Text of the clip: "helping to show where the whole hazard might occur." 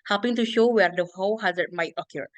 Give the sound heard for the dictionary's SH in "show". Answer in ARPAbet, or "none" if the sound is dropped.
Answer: SH